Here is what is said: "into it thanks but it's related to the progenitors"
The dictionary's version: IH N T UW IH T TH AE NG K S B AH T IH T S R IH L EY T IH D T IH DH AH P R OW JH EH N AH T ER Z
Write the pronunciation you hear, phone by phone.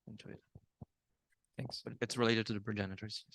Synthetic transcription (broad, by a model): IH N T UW IH T TH AE NG K S B AH T IH T S R IH L EY T IH D T IH DH AH P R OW JH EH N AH T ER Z